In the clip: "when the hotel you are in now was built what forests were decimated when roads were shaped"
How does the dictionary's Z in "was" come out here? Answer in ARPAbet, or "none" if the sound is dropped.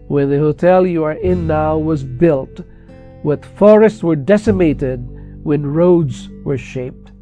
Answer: Z